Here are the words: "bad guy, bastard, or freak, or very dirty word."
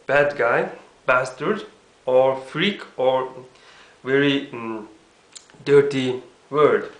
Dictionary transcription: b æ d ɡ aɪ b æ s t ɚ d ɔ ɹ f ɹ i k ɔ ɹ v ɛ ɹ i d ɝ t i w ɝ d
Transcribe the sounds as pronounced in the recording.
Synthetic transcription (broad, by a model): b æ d ɡ aɪ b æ s t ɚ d ɔ ɹ f ɹ i k ɔ ɹ v ɛ ɹ i d ɝ t i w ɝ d